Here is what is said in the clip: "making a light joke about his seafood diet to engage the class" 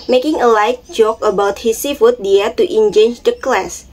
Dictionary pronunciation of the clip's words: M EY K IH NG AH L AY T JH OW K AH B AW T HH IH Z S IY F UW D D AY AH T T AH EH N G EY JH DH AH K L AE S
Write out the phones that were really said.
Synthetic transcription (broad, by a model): M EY K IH NG AH L AY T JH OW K AH B AW T HH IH S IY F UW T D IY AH T T AH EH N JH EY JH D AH K L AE S